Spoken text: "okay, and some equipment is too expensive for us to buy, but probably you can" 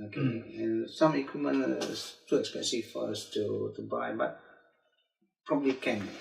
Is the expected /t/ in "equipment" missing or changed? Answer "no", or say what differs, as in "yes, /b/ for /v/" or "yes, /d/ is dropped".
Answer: yes, /t/ is dropped